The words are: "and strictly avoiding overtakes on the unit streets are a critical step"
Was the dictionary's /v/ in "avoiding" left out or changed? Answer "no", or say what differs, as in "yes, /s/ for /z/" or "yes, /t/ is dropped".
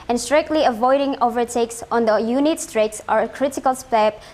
no